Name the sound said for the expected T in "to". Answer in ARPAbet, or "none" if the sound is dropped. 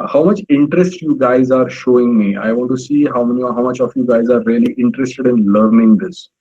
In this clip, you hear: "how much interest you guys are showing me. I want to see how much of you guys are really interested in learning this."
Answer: S